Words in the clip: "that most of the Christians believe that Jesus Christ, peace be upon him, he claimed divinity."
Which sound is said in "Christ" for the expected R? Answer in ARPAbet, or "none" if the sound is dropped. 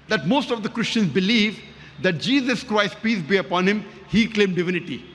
R